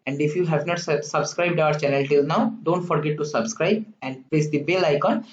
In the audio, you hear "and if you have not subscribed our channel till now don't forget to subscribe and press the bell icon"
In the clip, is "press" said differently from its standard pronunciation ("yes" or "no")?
yes